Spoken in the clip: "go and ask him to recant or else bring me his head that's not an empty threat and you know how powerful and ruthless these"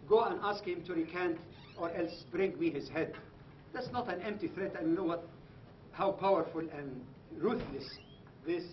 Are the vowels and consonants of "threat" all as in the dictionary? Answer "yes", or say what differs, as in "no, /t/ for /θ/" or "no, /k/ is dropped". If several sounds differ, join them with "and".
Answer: yes